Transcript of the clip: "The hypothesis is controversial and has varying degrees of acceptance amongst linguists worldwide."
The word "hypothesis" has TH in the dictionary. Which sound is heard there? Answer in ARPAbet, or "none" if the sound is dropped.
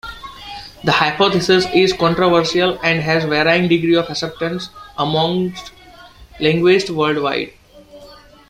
T